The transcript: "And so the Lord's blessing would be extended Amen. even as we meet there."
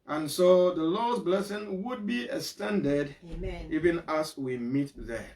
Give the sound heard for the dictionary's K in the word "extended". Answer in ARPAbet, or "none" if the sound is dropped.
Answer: none